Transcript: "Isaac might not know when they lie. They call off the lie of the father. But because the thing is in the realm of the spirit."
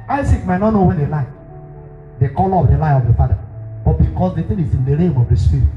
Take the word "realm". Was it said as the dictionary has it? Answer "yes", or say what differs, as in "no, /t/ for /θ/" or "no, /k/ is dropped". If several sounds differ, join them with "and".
no, /l/ is dropped